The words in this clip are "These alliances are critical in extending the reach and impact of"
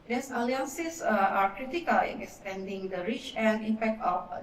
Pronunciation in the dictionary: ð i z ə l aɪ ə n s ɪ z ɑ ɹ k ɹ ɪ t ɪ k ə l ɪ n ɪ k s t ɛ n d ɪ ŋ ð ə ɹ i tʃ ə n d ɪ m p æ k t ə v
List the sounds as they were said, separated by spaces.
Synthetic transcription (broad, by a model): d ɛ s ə l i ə n s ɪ s ɑ ɹ k ɹ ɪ t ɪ k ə l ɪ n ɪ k s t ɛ n d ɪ ŋ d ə ɹ i tʃ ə n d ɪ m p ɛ k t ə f